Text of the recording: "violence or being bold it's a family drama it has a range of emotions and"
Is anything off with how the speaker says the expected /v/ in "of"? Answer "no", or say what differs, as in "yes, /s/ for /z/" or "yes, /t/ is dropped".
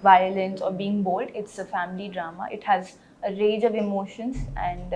no